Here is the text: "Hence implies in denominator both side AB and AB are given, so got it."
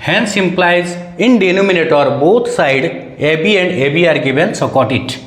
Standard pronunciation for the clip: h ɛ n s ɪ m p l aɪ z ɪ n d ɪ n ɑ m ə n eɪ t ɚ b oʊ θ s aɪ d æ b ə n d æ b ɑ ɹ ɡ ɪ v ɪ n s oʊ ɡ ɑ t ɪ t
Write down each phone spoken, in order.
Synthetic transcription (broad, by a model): h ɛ n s ɪ m p l aɪ z ɪ n d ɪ n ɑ m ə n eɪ t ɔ b oʊ t s aɪ d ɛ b ə n d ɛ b ɑ ɹ ɡ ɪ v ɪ n s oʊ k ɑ t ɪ t